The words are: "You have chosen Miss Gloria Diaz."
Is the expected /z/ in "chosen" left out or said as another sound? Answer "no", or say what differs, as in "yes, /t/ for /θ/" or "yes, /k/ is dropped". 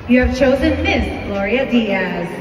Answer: no